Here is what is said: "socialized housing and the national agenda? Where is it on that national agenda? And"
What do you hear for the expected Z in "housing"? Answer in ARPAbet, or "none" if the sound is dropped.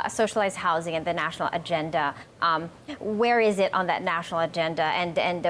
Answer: Z